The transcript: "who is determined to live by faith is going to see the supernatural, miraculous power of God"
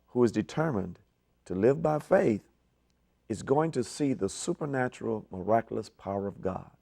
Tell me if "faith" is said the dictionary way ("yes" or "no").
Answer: yes